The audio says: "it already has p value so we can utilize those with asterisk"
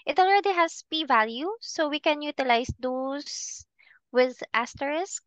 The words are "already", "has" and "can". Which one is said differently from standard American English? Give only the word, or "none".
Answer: has